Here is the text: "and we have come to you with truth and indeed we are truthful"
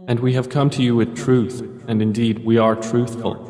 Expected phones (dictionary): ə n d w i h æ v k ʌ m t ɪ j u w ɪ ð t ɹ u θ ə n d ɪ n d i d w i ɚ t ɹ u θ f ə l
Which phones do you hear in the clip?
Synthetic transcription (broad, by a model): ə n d w i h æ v k ʌ m t ɪ j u w ɪ ð t ɹ u θ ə n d ɪ n d i d w i ɚ t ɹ u θ f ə l